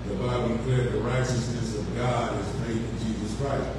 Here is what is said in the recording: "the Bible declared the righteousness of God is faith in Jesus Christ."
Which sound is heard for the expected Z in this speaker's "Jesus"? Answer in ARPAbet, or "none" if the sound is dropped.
Z